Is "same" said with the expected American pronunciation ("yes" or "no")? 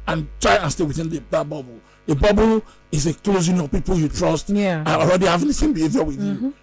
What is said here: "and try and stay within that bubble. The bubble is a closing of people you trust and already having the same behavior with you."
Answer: no